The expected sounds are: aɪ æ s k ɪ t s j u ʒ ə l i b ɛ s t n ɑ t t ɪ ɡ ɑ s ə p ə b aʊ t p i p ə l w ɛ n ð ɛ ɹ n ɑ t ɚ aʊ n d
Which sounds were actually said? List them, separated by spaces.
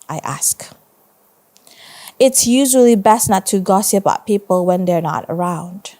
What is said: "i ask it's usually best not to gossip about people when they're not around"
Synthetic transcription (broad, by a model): aɪ æ s k ɪ t s j u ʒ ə l i b ɛ s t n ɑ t t ɪ ɡ ɑ s ə p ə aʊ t p i p ə l w ɛ n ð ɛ ɹ n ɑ t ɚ aʊ n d